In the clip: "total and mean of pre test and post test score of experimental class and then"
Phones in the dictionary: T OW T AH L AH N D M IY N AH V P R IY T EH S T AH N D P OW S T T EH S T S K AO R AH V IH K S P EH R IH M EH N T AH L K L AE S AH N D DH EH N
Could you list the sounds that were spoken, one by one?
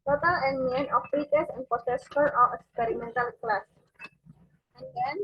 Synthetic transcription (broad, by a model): T OW T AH L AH N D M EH N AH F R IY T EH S AH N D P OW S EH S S AO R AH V IH K S P EH R IH M EH N T AH L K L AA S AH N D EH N